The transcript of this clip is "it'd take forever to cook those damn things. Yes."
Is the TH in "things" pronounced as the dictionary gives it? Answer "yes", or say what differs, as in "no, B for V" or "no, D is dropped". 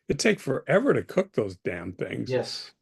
yes